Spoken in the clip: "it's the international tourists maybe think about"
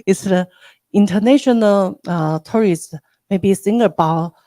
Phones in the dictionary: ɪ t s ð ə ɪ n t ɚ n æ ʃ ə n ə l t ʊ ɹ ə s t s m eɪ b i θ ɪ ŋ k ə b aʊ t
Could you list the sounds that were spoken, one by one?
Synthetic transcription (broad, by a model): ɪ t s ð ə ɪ n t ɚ n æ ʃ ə n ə l t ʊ ɹ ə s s m eɪ b i s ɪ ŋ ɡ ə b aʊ